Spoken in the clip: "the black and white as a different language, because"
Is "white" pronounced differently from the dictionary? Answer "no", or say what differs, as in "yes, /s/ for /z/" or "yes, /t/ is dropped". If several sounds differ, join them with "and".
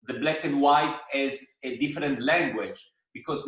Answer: no